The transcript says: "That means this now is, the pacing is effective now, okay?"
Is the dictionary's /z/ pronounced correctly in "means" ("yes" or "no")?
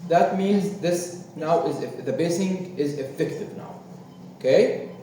yes